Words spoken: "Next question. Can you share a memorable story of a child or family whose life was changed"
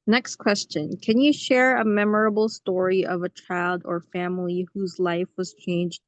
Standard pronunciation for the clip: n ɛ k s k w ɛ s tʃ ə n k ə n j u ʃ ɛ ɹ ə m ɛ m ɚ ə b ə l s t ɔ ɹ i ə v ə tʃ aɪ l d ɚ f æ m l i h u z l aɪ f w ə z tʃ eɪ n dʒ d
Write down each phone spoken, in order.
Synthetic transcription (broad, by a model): n ɛ k s k w ɛ s tʃ ə n k ə n j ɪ ʃ ɛ ɹ ə m ɛ m ɚ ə b l s t ɔ ɹ i ə v ə tʃ aɪ l d ɚ f æ m l i h u z l aɪ f w ə z tʃ eɪ n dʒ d